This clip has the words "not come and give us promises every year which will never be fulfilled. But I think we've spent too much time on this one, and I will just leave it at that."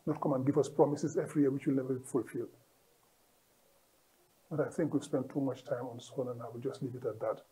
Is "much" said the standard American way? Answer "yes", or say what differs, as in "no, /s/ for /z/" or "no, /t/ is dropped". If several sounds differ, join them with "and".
yes